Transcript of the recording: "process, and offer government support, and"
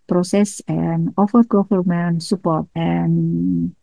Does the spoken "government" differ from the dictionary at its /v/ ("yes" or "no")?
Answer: yes